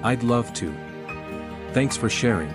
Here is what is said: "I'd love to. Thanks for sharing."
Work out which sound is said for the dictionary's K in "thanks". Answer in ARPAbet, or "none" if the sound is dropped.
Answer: K